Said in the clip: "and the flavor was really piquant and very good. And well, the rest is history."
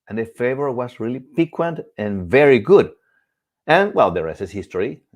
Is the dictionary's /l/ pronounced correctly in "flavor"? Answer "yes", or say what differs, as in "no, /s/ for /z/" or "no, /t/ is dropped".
no, /l/ is dropped